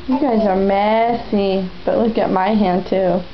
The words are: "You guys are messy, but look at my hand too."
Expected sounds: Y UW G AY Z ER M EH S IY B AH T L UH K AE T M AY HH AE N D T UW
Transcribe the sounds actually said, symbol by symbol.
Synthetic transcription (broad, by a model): Y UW G AY Z ER M EH S IY B AH T L UH K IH T M AY HH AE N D T UW